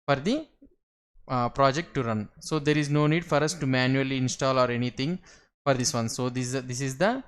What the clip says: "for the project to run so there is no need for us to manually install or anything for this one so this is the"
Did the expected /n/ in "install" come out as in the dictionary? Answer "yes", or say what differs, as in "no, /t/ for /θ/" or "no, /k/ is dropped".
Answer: yes